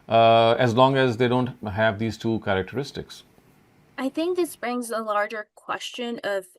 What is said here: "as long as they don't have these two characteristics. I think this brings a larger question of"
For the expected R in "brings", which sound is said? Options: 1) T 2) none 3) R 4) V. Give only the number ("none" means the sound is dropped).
3